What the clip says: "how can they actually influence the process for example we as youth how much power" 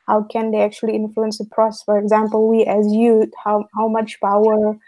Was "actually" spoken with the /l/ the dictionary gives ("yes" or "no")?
yes